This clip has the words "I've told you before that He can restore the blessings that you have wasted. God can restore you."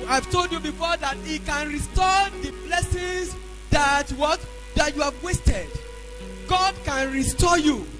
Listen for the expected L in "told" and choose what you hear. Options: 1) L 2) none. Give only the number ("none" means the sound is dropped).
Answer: 1